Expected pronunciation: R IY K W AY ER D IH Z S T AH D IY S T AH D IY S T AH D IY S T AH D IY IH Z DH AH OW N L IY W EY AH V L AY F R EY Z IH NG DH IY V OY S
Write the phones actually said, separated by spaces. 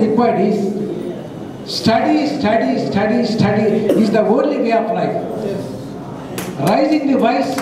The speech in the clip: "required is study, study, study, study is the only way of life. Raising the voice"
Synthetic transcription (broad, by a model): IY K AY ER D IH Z S T AH D IY S T AH D IY S T AH D IY S T AH D IY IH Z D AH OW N L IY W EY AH P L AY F R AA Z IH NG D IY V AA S